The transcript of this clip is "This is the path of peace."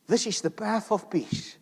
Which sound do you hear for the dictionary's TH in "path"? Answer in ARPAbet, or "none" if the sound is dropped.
TH